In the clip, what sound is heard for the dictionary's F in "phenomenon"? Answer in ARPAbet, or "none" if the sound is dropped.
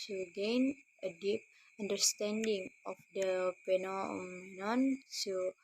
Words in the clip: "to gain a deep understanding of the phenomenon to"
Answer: P